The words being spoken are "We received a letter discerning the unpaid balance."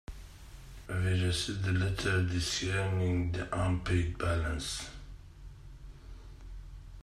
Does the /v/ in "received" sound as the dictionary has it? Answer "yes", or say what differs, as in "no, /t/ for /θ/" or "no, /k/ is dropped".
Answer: no, /v/ is dropped